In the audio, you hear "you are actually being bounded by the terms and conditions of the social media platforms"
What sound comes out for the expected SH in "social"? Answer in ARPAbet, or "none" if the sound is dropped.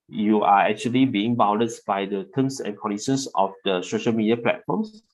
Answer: SH